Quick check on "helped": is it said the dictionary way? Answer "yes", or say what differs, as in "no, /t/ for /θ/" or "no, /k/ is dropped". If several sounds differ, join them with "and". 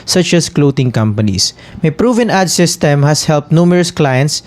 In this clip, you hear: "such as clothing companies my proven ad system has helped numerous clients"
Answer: yes